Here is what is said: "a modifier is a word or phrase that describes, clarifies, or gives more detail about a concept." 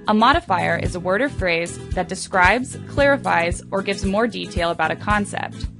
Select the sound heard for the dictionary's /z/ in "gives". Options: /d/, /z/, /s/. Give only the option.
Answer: /z/